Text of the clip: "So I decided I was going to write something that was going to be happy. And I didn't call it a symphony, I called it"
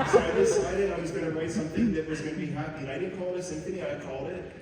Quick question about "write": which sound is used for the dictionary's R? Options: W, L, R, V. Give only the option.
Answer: W